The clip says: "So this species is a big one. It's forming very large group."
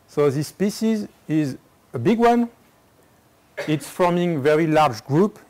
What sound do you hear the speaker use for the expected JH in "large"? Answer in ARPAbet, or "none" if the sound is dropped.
JH